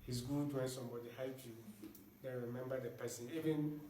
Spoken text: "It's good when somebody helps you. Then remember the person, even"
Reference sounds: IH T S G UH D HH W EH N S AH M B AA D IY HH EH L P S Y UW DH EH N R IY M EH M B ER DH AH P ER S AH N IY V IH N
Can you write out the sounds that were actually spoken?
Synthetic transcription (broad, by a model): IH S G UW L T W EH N S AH M B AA D IY HH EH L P Y UW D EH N R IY M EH M B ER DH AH P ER S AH N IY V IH N